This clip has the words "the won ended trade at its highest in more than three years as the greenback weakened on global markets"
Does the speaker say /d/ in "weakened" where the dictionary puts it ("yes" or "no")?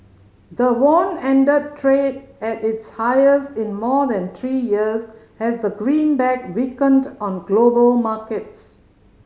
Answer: yes